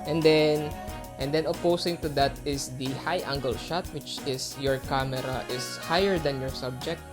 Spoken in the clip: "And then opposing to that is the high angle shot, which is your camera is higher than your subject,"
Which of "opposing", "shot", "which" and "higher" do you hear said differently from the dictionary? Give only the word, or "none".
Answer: opposing